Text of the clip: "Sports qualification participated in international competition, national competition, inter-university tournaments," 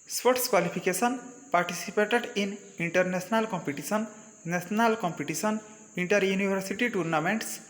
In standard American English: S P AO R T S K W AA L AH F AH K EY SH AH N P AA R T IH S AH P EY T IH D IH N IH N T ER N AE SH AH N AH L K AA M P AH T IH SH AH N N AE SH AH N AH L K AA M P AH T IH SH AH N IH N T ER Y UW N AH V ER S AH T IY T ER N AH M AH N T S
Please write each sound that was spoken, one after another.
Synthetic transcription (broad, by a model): S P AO T S K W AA L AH P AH K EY S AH N P AA R T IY S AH P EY T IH D IH N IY N T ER N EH S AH N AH L K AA M P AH T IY S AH N N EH S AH N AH L K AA M P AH T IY S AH N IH N T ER Y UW N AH B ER S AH T IY T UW N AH M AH N T S